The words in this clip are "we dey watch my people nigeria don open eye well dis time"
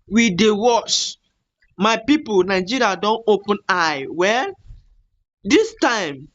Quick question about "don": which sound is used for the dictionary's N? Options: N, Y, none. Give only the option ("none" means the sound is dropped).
N